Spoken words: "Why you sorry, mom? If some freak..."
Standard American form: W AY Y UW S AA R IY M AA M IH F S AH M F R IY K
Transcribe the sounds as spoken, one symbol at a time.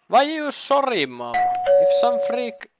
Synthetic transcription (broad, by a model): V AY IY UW S AA R IY M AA IH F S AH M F R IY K